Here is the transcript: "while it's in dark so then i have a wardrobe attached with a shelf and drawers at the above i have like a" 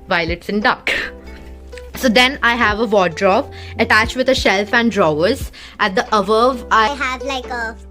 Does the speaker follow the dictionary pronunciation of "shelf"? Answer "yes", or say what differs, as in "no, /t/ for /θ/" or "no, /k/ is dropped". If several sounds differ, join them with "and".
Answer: yes